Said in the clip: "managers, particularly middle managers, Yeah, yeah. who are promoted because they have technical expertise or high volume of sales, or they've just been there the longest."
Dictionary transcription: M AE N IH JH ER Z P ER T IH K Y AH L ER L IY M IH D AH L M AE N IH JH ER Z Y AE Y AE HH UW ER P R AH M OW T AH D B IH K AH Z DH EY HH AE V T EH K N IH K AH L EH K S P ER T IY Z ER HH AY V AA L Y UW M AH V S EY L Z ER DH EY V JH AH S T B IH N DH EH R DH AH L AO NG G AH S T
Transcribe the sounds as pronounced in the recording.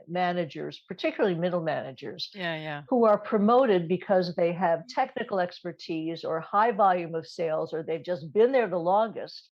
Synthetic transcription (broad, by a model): M AE N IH JH ER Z P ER T IH K Y L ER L IY M IH D L M AE N IH JH ER Z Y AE Y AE HH UW ER P R AH M OW T AH D B IH K AH Z DH EY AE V T EH K N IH K L EH K S P ER T IY Z ER HH AY V AA L Y UW M AH V S EY L Z ER DH EY V JH AH S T B IH N DH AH R DH AH L AO NG G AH S T